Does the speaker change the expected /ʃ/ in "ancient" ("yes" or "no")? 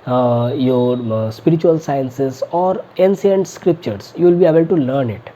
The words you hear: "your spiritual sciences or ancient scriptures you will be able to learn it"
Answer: yes